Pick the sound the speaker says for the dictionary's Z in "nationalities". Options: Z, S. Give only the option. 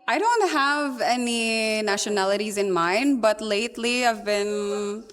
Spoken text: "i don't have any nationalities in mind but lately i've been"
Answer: Z